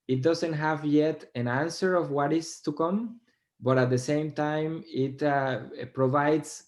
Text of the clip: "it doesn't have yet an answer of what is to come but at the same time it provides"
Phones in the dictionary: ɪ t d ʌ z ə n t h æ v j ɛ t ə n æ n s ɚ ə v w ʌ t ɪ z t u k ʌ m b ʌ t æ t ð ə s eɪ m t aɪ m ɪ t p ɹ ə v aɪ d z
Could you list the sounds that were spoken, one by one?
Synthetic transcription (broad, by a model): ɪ t d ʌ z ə n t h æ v j ɛ t ə n æ n s ɚ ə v w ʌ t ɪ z t u k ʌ m b ʌ t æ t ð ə s eɪ m t aɪ m ɪ t p ɹ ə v aɪ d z